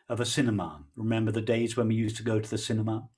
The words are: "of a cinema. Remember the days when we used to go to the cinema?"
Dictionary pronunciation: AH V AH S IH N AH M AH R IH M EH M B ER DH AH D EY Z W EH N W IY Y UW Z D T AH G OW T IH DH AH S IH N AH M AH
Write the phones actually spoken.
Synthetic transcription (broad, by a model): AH V AH S IH N AH M AH R IH M EH M B ER DH AH D EY Z W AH N W IY Y UW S T AH G OW T IH DH AH S IH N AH M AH